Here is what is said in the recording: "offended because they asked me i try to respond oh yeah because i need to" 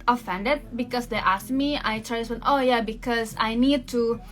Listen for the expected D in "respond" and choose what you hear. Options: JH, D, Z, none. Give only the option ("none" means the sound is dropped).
none